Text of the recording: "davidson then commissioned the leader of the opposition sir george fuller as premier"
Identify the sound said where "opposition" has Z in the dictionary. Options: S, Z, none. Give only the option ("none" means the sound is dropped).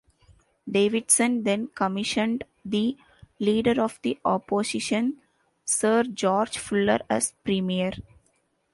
S